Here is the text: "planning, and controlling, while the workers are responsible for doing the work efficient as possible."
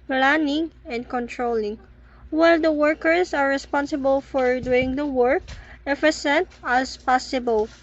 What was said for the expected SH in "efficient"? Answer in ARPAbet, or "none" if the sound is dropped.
S